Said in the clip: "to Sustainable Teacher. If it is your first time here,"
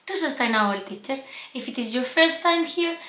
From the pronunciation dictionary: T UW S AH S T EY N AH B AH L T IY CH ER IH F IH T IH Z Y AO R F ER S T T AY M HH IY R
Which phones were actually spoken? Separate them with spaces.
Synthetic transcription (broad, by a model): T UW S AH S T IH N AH AH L T IY CH ER IH F IH T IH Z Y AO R F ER S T T AY M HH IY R